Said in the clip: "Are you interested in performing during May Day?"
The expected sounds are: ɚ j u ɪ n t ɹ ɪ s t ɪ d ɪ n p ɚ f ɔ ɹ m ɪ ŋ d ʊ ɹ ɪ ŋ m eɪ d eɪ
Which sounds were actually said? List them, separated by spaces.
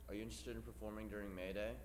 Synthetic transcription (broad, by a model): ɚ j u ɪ n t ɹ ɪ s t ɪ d ɪ n p ɚ f ɔ ɹ m ɪ ŋ d ʊ ɹ ɪ ŋ m eɪ d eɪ